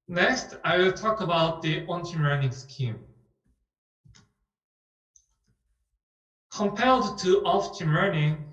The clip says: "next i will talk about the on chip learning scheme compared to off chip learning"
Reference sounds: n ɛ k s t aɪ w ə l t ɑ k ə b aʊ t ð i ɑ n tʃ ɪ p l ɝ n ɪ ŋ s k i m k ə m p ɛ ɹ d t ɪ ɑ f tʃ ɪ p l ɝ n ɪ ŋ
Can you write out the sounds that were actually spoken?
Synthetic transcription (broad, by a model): n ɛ k s t aɪ w ə l t ɑ k ə b aʊ t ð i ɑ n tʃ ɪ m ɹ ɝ n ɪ ŋ s k i m k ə m p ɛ l d t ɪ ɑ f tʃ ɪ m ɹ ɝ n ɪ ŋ